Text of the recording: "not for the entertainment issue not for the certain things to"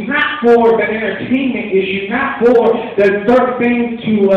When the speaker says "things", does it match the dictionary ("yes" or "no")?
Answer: no